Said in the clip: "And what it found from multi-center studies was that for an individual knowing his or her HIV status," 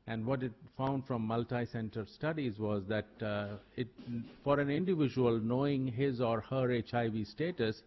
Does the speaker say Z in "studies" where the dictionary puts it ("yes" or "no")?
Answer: yes